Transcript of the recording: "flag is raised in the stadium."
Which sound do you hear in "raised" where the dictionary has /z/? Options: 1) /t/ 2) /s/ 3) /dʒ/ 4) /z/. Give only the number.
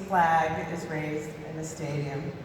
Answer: 4